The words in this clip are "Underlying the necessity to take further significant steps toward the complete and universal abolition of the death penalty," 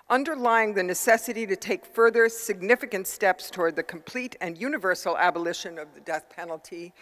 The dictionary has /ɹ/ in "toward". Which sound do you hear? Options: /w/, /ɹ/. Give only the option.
/ɹ/